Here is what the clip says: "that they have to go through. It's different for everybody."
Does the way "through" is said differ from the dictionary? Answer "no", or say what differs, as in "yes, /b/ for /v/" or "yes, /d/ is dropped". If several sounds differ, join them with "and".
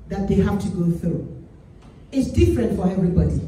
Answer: no